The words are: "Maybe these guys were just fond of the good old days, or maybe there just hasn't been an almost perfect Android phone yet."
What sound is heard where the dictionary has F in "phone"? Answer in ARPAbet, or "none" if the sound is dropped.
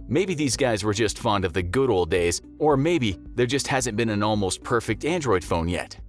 F